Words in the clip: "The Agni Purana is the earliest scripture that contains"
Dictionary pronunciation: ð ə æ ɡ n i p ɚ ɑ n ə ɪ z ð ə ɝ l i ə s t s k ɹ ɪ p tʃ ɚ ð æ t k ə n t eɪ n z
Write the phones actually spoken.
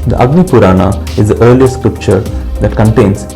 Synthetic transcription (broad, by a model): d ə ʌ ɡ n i p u ɑ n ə ɪ z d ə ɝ l i ə t s k ɹ ɪ p tʃ ɚ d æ t k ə n t eɪ n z